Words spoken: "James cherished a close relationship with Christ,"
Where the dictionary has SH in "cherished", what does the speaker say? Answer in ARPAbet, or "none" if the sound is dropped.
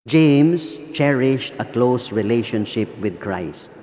SH